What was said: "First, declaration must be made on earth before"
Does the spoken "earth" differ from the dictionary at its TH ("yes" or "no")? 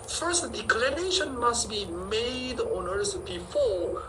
yes